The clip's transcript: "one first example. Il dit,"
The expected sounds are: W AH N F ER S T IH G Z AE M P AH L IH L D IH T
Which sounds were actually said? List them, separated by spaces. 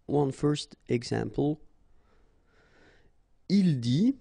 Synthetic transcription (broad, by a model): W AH N F ER S T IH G S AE M P AH L IH L D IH